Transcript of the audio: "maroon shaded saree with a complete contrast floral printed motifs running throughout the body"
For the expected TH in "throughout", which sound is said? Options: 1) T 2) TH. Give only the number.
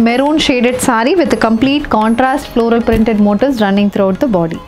1